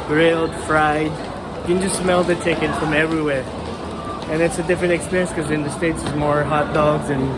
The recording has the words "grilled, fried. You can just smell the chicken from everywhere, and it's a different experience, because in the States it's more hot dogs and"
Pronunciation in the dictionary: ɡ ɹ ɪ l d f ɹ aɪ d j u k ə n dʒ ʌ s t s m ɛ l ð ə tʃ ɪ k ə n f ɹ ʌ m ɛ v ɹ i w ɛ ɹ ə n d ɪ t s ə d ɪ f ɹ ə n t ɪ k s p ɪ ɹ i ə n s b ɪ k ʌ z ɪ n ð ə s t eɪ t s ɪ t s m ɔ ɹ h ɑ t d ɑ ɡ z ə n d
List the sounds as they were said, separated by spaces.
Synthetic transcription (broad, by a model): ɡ ɹ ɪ l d f ɹ aɪ d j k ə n dʒ ʌ s t s m ɛ l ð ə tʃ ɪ k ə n f ɹ ʌ m ɛ v ɹ i w ɛ ɹ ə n ɪ t s ə d ɪ f ɹ ə n t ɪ k s p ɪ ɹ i n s k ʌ z ɪ n ð ə s t eɪ t s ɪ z m ɔ ɹ h ɑ t d ɑ ɡ z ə n